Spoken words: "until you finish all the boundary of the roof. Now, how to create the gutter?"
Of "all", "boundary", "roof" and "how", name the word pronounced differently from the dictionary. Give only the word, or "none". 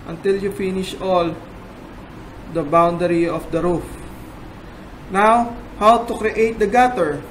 none